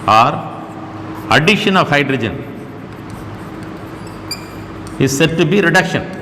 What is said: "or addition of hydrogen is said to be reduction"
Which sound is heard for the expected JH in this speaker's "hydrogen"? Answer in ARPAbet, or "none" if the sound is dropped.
JH